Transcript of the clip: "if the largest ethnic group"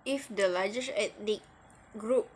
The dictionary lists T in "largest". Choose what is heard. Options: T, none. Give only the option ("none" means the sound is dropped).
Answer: none